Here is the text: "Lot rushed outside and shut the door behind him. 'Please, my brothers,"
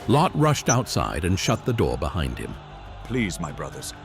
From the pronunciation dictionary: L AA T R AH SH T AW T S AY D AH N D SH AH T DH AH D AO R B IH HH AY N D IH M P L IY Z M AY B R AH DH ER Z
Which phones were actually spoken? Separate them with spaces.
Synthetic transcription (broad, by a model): L AA T R AH SH T AW T S AY D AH N SH AH T DH AH D AO R B IH HH AY N D IH M P L IY Z M AY B R AH DH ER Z